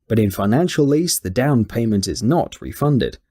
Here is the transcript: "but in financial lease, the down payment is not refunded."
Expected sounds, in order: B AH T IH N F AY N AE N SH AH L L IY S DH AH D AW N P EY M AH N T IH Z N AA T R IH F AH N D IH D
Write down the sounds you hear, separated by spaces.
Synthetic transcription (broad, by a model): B AH T IH N F AY N AE N SH AH L L IY S DH AH D AW N P EY M AH N T IH Z N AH T R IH F AH N D IH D